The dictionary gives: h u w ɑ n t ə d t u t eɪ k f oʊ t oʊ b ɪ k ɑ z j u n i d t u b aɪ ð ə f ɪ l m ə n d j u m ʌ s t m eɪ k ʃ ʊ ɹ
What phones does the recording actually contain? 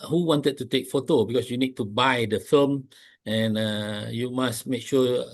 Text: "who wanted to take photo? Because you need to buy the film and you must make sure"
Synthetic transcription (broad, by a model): h u w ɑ n t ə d t u t eɪ k f oʊ t oʊ b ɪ k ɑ s j u n i d t u b aɪ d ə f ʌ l m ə n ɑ j u m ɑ s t m eɪ k ʃ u